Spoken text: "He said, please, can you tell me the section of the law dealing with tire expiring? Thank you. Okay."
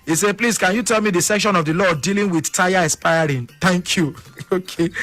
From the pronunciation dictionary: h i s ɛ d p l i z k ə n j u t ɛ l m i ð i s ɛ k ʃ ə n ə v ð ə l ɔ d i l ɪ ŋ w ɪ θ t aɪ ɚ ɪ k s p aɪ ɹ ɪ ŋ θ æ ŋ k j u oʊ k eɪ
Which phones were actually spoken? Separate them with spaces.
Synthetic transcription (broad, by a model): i s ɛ p l i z k ə n j u t ɛ l m i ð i s ɛ k ʃ ə n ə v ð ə l ɔ d i l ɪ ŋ w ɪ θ t aɪ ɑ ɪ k s p aɪ ɹ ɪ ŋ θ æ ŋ k j u oʊ k eɪ